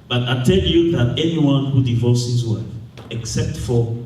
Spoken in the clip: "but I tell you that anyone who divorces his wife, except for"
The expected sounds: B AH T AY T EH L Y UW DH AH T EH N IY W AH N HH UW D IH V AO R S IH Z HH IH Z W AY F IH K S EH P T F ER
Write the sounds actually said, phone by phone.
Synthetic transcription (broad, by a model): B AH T AY T EH L Y UW DH AH T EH N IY W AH N HH UW D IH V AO S HH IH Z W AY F IH K S EH P T F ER